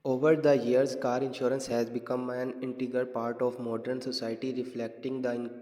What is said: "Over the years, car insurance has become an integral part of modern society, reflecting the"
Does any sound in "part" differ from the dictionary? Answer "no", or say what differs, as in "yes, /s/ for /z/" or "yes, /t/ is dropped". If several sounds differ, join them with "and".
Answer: no